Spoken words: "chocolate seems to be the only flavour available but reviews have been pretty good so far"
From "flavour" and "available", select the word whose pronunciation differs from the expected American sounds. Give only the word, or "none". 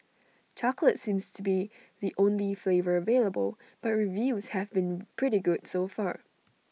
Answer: none